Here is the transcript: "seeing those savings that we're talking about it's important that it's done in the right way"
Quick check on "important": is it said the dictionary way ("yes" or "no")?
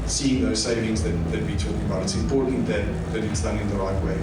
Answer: no